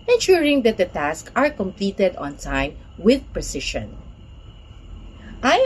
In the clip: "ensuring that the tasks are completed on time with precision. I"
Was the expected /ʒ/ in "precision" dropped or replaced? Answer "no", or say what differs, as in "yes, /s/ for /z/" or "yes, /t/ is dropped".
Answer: yes, /ʃ/ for /ʒ/